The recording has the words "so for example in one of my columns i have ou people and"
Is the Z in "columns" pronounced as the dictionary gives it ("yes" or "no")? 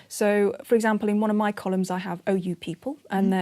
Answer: yes